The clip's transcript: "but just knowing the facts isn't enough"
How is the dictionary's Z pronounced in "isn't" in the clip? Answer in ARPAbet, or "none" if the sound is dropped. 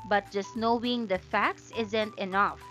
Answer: Z